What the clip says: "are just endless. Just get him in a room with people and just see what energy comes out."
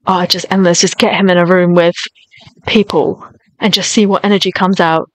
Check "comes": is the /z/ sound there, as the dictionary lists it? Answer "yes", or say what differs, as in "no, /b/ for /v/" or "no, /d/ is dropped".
yes